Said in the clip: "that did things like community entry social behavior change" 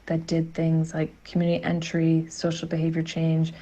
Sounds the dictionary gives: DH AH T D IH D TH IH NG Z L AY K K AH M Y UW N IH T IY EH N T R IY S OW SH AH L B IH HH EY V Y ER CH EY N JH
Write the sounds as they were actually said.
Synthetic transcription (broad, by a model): DH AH T D IH D TH IH NG Z L AY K K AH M Y UW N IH T IY EH N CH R IY S OW SH L B IH HH EY V Y ER CH EY N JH